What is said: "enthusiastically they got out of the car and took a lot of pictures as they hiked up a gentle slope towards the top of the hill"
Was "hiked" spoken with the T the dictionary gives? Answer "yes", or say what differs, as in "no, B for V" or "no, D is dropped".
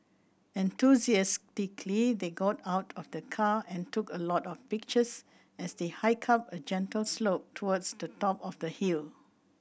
no, T is dropped